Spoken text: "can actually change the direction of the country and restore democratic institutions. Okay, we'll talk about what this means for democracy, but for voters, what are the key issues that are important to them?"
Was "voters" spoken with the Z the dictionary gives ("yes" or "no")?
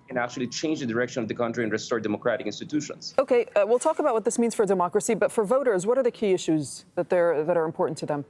yes